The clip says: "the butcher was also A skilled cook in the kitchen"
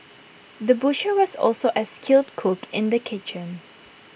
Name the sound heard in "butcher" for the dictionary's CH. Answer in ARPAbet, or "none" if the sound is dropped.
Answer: SH